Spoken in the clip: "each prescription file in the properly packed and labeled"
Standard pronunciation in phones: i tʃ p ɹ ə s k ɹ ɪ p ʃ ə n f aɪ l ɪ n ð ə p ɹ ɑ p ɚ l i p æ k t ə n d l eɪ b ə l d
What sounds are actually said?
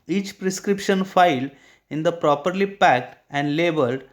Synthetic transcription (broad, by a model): i tʃ p ɹ ə s k ɹ ɪ p ʃ ə n f aɪ l ɪ n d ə p ɹ ɑ p ɚ l i p æ k t ə n d l eɪ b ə l d